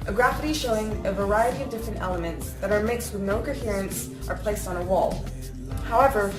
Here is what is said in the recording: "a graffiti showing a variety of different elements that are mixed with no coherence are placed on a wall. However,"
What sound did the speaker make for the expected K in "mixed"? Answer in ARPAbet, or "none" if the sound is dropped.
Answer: K